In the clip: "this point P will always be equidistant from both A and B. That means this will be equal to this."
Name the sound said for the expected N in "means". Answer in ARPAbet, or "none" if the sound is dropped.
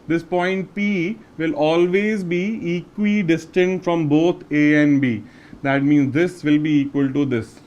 N